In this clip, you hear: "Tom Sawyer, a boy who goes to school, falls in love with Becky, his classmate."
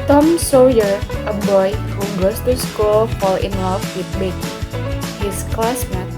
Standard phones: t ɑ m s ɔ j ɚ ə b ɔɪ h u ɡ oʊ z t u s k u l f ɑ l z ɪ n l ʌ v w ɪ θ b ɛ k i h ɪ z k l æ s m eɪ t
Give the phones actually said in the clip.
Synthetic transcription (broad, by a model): t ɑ m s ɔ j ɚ ə b ɔɪ h u ɡ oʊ s t u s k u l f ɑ l ɪ n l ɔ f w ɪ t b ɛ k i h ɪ s k l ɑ s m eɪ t